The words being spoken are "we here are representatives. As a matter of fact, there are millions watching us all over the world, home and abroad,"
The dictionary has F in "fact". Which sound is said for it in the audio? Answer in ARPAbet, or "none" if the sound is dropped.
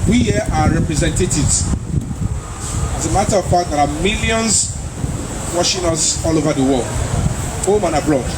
P